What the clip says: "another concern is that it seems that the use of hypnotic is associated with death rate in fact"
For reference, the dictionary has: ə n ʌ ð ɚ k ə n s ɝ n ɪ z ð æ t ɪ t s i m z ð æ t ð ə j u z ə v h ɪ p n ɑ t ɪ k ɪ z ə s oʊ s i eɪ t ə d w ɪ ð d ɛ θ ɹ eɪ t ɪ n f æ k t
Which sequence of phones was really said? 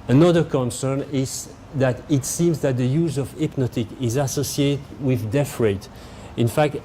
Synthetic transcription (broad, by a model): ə n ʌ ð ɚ k ə n s ɝ n ɪ z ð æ t ɪ t s i m z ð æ t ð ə j u z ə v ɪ p n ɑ t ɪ k ɪ z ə s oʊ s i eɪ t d w ɪ ð d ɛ f ɹ eɪ t ɪ n f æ k t